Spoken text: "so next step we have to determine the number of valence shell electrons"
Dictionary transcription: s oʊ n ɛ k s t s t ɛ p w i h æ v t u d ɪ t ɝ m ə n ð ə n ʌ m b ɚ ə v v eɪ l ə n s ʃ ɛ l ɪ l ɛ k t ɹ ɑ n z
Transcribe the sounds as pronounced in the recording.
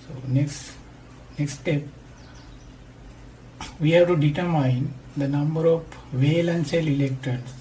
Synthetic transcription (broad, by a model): s oʊ n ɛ k s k s t ɛ p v i h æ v t u d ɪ t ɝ m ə n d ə n ʌ m b ɚ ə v v eɪ l ə n s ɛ l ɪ l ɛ k t ɹ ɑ n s